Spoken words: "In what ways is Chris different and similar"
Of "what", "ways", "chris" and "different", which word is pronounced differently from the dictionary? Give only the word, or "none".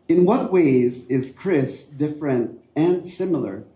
none